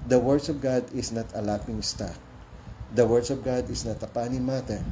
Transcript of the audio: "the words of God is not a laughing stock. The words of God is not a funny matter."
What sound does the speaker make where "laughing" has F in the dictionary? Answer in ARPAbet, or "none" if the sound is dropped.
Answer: P